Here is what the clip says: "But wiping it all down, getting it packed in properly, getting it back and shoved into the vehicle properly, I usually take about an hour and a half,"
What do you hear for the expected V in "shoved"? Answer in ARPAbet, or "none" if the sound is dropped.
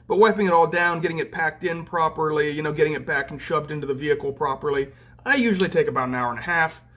B